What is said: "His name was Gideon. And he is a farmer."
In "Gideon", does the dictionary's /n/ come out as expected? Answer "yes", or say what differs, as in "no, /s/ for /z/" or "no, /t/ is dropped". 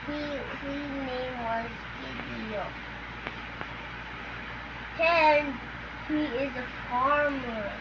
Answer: no, /n/ is dropped